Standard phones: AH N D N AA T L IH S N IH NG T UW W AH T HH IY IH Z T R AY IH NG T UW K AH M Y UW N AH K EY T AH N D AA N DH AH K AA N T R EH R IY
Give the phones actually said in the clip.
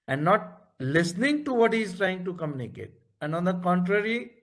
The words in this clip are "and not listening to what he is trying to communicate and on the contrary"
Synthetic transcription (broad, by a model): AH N D N AA T L IH S N IH NG T UW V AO T HH IY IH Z T R AY IH NG T UW K AH M Y UW N AH K EY T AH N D AA N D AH K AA N T R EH R IY